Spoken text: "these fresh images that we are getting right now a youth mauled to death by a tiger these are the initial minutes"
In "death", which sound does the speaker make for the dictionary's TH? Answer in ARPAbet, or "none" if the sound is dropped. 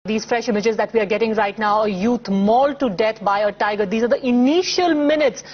T